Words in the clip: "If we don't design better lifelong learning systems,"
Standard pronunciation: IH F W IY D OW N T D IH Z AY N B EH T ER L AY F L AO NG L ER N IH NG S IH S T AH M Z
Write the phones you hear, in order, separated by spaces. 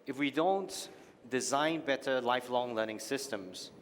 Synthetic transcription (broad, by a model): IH F W IY D OW N T D IH Z AY N B EH T ER L AY F L AO NG L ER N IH NG S IH S T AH M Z